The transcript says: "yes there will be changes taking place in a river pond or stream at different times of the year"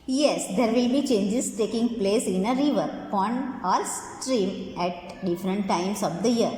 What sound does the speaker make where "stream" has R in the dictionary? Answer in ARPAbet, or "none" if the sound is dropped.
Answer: R